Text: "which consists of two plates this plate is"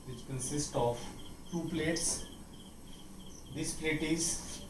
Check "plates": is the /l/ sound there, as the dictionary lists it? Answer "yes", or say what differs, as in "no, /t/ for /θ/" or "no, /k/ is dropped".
yes